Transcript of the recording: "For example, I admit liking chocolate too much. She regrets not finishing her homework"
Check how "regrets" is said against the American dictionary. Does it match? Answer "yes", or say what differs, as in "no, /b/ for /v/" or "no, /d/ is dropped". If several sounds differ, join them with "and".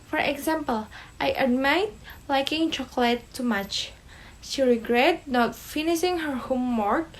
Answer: no, /s/ is dropped